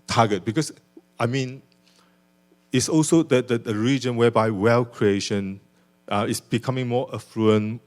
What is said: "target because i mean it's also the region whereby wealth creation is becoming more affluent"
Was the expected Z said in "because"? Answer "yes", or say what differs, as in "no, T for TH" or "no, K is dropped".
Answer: no, S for Z